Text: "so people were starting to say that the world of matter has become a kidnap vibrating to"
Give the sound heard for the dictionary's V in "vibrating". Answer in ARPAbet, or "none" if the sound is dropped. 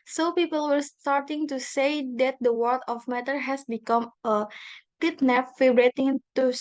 F